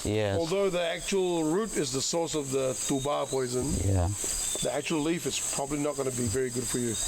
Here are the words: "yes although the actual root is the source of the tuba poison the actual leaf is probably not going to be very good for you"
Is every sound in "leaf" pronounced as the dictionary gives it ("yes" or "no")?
yes